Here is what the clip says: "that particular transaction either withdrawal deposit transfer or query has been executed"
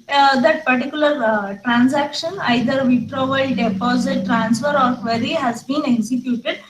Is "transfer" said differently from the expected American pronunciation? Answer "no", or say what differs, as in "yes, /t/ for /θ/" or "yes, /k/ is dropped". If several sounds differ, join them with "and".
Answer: no